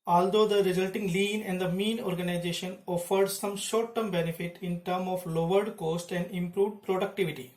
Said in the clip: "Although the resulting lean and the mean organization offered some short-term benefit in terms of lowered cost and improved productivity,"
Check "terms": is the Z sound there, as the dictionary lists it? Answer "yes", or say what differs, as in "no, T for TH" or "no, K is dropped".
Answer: no, Z is dropped